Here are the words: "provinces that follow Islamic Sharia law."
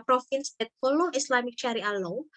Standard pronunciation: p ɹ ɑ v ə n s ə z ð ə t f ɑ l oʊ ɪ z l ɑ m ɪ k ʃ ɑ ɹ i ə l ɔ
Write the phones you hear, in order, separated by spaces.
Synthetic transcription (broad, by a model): p ɹ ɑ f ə n s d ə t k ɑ l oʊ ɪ s l ɑ m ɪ k ʃ ɑ ɹ i ə l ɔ